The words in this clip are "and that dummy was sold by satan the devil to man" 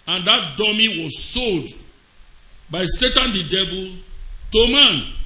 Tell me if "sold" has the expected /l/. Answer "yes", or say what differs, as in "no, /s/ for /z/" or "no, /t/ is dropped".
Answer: yes